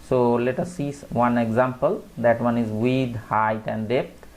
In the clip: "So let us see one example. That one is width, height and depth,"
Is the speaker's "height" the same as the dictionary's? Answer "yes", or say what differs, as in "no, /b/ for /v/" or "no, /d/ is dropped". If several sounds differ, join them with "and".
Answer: yes